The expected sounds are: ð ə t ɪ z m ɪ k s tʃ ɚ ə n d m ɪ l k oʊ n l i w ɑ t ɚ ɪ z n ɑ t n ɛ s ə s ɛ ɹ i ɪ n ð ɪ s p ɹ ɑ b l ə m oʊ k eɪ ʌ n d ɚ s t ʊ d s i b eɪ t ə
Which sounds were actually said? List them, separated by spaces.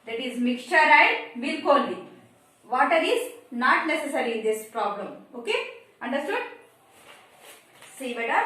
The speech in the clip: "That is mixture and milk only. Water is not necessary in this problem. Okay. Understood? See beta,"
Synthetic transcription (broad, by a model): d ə t ɪ z m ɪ k tʃ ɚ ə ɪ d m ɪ l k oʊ l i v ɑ t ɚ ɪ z n ɑ t n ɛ s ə s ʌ ɹ i ɪ n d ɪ s p ɹ ɑ b l ə m oʊ k eɪ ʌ n d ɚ s t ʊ d s i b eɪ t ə